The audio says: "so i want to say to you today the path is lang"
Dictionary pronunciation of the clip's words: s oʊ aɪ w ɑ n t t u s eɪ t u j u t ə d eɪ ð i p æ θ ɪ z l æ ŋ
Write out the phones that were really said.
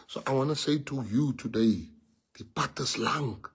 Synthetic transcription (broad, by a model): s oʊ aɪ w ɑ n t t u s eɪ t u j u t ə d eɪ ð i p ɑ t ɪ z l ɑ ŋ